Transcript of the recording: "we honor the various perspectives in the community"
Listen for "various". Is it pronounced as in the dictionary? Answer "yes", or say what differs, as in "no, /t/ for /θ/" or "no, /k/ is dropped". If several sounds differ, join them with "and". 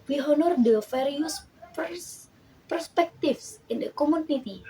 no, /f/ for /v/